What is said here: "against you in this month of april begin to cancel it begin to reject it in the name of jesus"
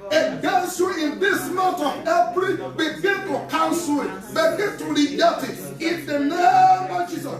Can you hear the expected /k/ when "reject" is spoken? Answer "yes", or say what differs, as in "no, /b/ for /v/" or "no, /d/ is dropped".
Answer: no, /k/ is dropped